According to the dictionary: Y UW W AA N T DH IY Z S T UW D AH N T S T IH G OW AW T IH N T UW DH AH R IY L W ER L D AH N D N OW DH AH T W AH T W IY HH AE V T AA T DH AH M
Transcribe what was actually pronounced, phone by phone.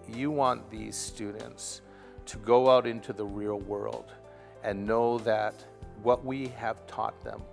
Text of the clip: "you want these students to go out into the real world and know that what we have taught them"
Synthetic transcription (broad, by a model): Y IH W AA N DH IY Z S T UW D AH N T S T IH G OW AW T IH N T UW DH AH R IY L W ER L D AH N N OW DH AH T W AH T W IY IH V T AA T DH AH M